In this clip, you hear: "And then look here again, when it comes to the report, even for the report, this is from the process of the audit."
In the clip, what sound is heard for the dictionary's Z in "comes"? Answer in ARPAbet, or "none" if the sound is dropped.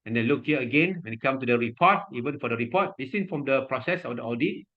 none